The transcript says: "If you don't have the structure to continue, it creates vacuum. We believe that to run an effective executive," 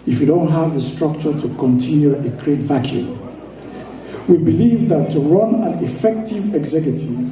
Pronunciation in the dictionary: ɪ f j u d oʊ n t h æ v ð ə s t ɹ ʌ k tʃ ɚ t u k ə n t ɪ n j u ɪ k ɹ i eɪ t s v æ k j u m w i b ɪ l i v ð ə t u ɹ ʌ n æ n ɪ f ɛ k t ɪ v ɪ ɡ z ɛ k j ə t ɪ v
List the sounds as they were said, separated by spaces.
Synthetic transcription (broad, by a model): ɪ f j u d oʊ n t h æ v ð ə s t ɹ ʌ k tʃ ɚ t u k ə n t ɪ n j u ɪ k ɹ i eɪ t v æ k j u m w i b ɪ l i v ð ə t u ɹ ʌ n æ n ɪ f ɛ k t ɪ v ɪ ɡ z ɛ k j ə t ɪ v